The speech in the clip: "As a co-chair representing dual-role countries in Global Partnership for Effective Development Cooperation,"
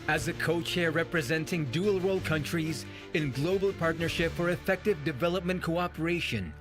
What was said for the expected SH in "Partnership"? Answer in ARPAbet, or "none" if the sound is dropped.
SH